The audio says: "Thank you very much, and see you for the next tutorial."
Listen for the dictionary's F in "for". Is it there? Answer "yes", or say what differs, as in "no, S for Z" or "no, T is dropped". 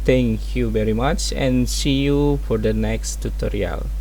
yes